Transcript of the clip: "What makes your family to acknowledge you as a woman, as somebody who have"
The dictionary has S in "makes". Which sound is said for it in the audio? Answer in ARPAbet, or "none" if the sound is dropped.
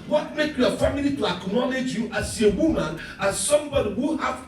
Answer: none